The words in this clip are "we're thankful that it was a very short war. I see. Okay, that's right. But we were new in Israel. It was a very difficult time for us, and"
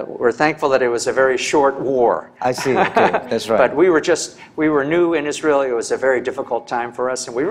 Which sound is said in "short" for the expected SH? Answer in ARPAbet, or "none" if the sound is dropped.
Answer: SH